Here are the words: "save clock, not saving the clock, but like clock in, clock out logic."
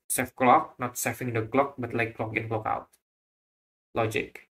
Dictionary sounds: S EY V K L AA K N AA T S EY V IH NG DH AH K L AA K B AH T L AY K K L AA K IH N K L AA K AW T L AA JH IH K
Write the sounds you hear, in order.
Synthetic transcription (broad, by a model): S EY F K L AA K N AA T S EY F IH NG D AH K L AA K B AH T L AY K K L AA K IH N K L AA K AW T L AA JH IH K